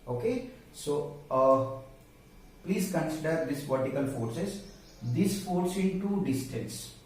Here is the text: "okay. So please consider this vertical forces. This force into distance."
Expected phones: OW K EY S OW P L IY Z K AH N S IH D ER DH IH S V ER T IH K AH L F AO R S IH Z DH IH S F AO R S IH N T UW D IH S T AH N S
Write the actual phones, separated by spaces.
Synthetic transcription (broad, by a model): OW K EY S OW P L IY Z K AH N S IH D ER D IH S V ER T IH K AH L F AO R S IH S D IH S F AO R S IH N T UW D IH S T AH N S